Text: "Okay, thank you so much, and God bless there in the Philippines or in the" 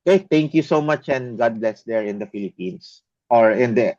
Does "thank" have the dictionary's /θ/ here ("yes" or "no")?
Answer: no